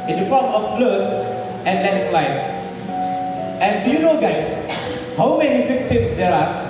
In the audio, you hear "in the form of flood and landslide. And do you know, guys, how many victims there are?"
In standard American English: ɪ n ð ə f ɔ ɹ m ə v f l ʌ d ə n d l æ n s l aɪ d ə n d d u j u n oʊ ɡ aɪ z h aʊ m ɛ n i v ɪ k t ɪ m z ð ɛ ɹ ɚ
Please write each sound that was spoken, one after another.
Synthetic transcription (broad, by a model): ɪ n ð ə f ɔ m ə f l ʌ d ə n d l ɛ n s l aɪ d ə n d d u j u n oʊ ɡ aɪ s h aʊ m ɛ n i f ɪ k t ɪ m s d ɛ ɹ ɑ